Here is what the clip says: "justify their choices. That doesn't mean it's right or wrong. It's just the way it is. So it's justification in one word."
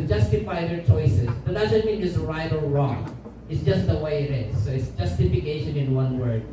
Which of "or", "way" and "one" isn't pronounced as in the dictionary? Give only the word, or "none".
or